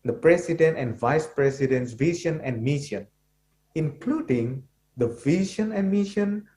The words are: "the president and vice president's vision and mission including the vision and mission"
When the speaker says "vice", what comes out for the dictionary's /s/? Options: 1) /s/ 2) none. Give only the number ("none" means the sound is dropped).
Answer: 1